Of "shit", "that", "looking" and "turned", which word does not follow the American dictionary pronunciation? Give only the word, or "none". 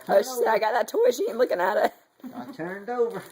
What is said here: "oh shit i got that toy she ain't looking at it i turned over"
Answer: shit